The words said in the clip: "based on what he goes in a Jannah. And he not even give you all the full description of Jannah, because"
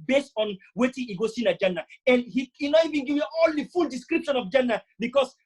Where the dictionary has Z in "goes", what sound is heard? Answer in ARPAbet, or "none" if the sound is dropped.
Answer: S